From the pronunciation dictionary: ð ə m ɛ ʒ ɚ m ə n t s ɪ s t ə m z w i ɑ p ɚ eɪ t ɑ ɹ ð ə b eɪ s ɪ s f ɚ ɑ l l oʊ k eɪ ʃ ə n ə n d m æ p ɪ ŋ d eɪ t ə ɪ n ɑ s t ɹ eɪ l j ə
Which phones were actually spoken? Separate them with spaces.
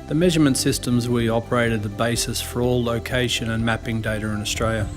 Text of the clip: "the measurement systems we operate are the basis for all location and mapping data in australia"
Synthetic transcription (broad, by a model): ð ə m ɛ ʒ ɚ m ə n t s ɪ s t ə m z w i ɑ p ɚ eɪ t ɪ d ð ə b eɪ s ɪ s f ɚ ɑ l l oʊ k eɪ ʃ ə n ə n m æ p ɪ ŋ d eɪ t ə ɪ n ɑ s t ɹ eɪ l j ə